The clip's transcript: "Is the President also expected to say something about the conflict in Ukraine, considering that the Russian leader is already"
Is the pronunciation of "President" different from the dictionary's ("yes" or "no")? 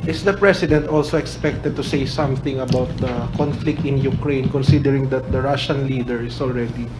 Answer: yes